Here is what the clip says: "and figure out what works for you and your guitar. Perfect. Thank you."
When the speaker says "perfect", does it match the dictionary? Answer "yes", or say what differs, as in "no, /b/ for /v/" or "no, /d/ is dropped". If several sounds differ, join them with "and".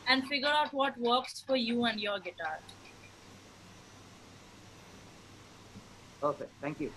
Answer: no, /k/ is dropped